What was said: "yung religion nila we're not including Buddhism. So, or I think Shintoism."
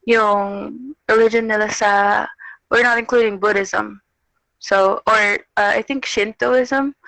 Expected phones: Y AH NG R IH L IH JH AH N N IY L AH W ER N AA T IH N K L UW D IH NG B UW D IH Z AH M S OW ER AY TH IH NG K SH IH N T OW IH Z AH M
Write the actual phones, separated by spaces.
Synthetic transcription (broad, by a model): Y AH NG R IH L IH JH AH N L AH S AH W ER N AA T IH N K L UW D IH NG B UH D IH Z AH M S OW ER AY TH IH NG K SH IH N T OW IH Z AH M